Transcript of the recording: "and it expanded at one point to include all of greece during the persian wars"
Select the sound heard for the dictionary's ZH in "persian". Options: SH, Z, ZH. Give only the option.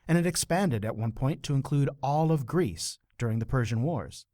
ZH